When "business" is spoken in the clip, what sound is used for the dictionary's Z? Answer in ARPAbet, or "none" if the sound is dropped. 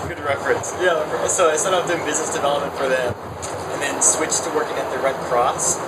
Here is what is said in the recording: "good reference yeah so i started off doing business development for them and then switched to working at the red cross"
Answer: Z